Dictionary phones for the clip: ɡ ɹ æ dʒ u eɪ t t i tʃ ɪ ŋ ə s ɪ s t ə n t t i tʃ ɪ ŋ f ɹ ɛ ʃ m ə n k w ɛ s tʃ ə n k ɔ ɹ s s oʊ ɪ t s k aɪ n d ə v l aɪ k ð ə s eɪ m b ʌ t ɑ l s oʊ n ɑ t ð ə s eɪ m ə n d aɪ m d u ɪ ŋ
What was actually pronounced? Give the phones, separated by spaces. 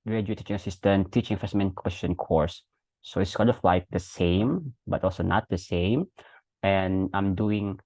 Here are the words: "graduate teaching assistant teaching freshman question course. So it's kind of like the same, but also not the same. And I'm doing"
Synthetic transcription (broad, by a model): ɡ ɹ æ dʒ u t t i tʃ ɪ ŋ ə s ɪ s t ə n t t i tʃ ɪ ŋ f ɛ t m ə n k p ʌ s ʃ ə n k ɔ ɹ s s oʊ ɪ t s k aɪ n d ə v l aɪ k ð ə s eɪ m b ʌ t ɑ l s oʊ n ɑ t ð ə s eɪ m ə n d aɪ m d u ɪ ŋ